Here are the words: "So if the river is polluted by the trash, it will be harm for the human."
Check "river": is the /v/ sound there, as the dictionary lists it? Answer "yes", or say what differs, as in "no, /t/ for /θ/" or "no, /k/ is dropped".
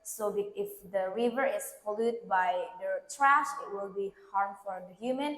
yes